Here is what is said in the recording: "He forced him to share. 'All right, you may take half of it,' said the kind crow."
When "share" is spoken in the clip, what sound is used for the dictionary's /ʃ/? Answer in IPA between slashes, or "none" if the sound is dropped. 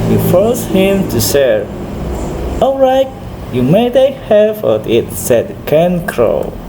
/s/